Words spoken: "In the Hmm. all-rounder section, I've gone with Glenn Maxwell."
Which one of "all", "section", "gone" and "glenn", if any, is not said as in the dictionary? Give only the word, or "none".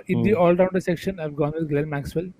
glenn